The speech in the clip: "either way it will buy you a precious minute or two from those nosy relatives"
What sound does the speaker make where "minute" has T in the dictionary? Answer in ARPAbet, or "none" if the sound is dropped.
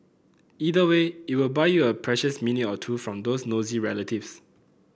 none